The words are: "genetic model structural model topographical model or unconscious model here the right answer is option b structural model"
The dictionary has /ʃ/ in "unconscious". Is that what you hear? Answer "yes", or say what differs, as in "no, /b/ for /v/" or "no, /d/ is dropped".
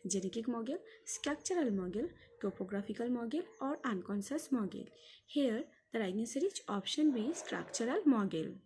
no, /s/ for /ʃ/